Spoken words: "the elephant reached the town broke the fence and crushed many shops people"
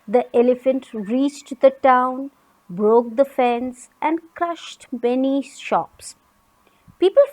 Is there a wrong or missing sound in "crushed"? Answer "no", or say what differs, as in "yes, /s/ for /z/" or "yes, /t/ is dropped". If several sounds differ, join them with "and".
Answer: no